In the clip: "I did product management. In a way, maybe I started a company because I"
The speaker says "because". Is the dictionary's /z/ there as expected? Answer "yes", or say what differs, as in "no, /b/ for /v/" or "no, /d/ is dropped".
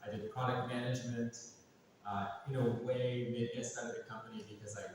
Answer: yes